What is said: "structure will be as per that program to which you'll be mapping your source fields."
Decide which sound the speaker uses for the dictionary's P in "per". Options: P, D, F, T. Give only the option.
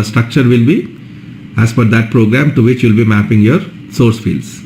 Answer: F